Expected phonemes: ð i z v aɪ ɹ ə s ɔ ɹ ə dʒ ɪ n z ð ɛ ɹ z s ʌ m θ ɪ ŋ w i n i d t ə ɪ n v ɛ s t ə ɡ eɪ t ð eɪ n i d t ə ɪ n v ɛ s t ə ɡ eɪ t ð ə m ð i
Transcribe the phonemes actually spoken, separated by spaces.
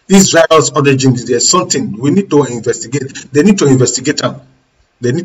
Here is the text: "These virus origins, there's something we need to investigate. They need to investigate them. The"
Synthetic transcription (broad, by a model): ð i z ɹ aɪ ə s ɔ ɹ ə dʒ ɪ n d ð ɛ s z s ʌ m t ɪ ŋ w i n i d t ə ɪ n v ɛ s t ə ɡ eɪ t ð eɪ n i d t ə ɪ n v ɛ s t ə ɡ eɪ t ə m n i